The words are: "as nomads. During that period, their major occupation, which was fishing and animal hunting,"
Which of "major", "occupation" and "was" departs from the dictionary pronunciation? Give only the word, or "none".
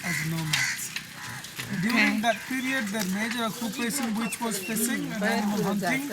occupation